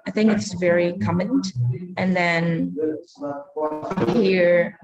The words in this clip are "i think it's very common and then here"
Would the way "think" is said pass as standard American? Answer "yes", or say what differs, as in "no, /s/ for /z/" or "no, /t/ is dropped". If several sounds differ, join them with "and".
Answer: yes